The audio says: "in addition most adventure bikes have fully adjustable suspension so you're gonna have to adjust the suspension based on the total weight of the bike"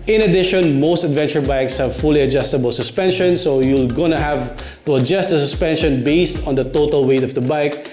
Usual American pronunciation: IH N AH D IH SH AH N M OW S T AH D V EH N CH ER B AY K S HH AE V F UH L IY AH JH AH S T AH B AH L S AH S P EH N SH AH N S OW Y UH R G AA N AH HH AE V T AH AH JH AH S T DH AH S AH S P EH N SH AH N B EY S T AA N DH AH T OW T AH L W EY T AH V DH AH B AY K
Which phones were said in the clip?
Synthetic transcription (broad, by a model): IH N AH D IH SH AH N M OW S T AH D V EH N CH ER B AY K S HH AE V F UH L IY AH JH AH S T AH B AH L S AH S P EH N SH AH N S OW Y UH L G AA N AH HH AE V T AH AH JH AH S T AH S AH S P EH N SH AH N B EY S T AA N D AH T OW T AH L W EY T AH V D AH B AY K